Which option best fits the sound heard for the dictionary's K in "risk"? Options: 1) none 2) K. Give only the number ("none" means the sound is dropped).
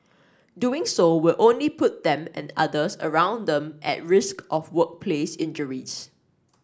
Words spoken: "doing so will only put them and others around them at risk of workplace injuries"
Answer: 2